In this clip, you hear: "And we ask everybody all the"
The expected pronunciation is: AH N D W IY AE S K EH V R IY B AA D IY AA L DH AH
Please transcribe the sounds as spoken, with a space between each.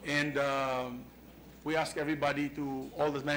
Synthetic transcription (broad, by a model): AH N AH W IY AE S K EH V R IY B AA D IY AA L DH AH